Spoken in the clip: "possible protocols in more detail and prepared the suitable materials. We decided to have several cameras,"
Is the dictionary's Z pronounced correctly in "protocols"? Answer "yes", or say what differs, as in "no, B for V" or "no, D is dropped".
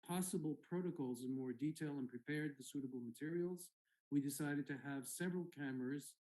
yes